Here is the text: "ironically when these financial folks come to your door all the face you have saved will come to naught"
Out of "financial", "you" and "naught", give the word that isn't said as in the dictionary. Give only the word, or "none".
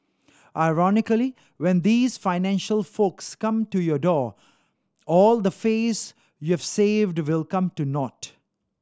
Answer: none